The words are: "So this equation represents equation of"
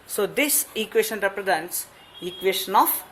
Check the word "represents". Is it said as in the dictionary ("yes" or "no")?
yes